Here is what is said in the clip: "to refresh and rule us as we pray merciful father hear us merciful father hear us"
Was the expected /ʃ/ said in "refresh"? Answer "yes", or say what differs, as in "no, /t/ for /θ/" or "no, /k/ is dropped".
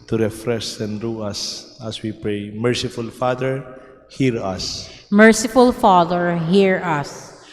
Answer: no, /s/ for /ʃ/